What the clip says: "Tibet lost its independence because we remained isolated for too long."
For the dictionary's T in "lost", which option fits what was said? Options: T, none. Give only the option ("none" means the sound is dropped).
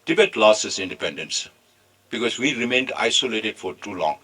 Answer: none